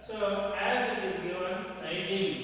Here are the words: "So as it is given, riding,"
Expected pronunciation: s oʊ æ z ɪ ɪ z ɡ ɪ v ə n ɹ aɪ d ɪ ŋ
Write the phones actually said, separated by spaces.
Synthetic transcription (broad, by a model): s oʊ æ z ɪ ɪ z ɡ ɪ ə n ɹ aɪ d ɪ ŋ